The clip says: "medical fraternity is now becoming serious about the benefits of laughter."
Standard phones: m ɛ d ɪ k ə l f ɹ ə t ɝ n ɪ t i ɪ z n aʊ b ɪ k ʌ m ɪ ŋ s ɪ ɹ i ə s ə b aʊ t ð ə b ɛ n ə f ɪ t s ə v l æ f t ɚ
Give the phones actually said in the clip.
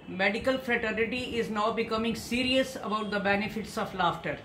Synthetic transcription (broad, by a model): m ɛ d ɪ k ə l f ɹ ə t ɝ n ɪ t i ɪ z n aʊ b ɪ k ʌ m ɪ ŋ s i ɹ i ə s ə b aʊ t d ə b ɛ n ə f ɪ t s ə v l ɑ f t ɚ